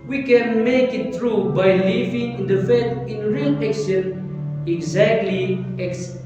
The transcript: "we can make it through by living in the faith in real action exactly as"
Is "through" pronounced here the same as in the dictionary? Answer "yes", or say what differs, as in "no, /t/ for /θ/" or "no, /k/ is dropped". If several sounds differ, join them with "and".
no, /t/ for /θ/